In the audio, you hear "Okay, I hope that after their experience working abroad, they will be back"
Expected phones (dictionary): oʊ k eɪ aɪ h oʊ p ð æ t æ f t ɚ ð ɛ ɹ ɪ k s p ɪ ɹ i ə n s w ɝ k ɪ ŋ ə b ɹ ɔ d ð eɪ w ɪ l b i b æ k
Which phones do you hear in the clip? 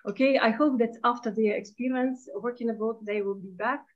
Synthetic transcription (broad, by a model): oʊ k eɪ aɪ h oʊ p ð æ t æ f t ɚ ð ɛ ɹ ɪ k s p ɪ ɹ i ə n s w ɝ k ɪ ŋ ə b ɔ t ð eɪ w ɪ l b i b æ k